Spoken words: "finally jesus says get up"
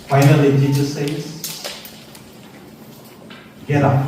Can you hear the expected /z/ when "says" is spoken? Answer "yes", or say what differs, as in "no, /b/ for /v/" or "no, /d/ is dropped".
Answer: no, /s/ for /z/